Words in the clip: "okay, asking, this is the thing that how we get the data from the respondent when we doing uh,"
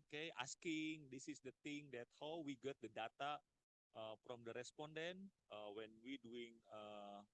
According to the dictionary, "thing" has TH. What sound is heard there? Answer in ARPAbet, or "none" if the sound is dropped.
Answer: T